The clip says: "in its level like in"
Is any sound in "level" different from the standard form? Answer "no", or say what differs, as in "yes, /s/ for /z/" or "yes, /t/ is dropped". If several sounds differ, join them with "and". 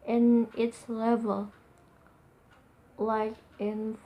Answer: no